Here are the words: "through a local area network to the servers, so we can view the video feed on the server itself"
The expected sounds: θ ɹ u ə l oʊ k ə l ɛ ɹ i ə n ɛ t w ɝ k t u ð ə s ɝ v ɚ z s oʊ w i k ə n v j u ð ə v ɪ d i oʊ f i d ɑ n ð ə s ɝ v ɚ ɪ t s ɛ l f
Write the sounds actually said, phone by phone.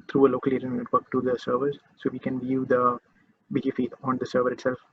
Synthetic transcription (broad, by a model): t ɹ u ə l oʊ k ə l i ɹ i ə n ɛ t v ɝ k t u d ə s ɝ v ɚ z s oʊ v i k ə n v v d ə b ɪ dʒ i f i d ɑ n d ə s ɝ v ɚ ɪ t s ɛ l f